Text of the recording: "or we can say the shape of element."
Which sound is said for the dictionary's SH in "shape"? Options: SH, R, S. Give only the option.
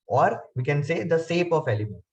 S